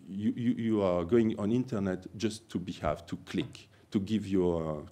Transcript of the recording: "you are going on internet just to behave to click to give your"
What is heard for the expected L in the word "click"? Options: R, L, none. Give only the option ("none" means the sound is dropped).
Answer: L